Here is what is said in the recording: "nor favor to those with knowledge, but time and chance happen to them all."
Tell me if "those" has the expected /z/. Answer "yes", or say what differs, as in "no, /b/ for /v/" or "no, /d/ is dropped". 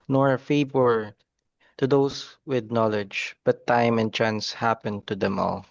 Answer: no, /s/ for /z/